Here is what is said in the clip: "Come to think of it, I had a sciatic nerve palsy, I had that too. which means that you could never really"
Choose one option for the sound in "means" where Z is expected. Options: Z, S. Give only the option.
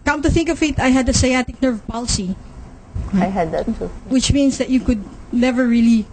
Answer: S